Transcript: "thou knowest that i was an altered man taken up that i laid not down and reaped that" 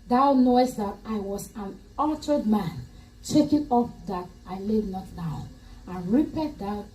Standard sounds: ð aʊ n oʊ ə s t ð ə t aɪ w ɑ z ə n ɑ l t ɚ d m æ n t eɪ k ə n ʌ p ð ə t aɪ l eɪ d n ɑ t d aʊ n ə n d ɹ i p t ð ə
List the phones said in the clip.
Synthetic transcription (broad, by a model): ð aʊ n oʊ ə s t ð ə t aɪ w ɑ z ə n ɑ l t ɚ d m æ n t eɪ k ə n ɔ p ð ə t aɪ l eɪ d n ɑ t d aʊ n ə n ɹ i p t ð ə